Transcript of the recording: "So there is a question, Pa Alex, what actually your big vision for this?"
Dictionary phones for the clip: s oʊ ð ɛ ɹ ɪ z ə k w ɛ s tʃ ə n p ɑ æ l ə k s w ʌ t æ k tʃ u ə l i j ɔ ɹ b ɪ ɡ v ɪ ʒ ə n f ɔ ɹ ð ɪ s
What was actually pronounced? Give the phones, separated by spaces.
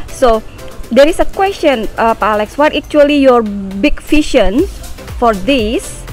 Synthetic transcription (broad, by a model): s oʊ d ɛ ɹ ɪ s ə k w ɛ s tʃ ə n p ɑ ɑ l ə k s w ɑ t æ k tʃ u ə l i j ɔ ɹ b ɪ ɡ f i ʃ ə n f ɔ ɹ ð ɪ s